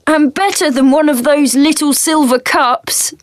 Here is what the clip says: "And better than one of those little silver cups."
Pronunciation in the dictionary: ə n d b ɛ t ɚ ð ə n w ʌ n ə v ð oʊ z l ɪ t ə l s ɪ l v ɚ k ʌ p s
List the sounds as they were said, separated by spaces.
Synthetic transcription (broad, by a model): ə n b ɛ t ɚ ð ə n w ʌ n ə v ð oʊ z l ɪ t ə l s ɪ l v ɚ k ʌ p s